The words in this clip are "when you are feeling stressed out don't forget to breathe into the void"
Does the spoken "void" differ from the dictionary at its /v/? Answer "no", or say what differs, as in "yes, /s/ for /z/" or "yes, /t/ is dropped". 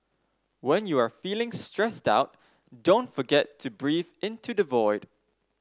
no